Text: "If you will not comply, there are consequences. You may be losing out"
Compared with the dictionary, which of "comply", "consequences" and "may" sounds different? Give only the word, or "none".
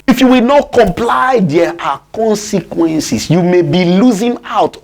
consequences